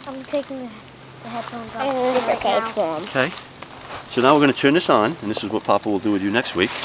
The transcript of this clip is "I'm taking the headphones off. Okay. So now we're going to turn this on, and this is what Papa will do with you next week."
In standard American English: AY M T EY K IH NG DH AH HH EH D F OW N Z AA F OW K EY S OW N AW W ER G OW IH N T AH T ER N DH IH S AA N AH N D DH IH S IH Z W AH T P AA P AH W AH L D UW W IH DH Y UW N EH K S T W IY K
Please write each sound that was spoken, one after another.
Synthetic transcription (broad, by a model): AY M T EY K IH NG DH AH HH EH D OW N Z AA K OW K EY S OW N AW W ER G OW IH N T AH T ER N DH IH S AA N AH N DH IH S IH Z W AH T P AA P AH W AH L D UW W IH DH Y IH N EH K S T W IY K